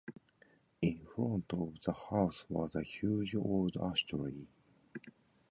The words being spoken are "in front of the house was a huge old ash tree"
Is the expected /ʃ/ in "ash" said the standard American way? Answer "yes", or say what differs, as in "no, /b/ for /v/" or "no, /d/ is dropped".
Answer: no, /s/ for /ʃ/